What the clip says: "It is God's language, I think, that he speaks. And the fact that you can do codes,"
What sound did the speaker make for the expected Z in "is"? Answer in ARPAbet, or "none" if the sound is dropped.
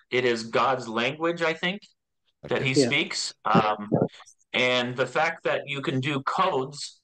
Z